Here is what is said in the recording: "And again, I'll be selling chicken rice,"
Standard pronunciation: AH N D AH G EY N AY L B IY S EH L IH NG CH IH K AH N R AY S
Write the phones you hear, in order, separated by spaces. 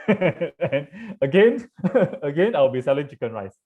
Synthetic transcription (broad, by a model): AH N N AH G EY N AY W B IY S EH L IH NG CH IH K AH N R AY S